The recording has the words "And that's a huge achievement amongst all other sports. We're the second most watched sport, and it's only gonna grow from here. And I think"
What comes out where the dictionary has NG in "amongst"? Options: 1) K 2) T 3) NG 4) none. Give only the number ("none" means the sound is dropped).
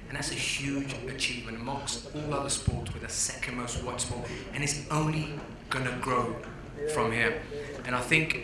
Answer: 4